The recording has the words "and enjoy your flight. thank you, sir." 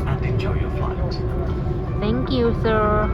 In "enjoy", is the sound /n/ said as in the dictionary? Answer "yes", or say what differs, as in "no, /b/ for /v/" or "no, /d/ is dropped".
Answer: no, /n/ is dropped